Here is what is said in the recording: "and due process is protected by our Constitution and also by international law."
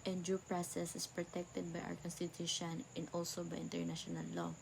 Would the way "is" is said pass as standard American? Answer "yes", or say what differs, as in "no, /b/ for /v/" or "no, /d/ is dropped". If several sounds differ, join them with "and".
no, /s/ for /z/